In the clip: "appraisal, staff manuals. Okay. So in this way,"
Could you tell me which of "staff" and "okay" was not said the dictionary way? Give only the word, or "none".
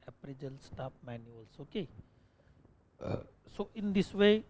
staff